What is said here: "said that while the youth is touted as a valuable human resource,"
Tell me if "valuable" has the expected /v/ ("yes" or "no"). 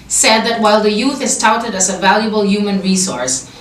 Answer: yes